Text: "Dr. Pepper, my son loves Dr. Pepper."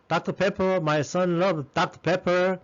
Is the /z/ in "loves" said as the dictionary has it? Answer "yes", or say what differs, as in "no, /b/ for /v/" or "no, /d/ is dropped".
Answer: no, /z/ is dropped